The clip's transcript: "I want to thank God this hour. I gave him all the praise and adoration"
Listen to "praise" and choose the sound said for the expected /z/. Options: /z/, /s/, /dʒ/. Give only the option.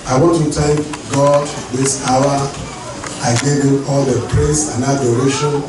/s/